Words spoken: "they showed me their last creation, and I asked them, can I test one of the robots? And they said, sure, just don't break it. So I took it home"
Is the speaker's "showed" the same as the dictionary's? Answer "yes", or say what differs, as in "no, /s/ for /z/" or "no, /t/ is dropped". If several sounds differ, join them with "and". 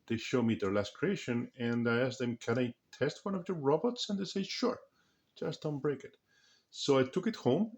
yes